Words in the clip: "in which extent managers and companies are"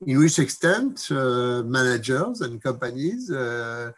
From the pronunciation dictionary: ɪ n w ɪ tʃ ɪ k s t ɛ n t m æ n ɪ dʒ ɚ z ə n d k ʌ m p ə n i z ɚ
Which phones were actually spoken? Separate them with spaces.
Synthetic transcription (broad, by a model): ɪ n w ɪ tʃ ɪ k s t ɛ n t m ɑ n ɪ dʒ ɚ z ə n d k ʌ m p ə n i z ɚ